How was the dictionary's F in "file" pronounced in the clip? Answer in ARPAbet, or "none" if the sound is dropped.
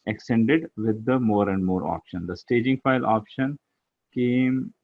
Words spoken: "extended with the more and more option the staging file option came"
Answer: F